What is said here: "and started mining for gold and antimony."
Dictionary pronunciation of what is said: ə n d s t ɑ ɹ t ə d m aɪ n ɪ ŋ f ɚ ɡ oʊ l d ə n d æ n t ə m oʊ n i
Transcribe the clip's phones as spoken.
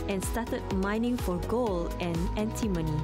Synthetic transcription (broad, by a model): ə n s t ɑ t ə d m aɪ n ɪ ŋ f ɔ ɡ oʊ l ə n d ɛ n t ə m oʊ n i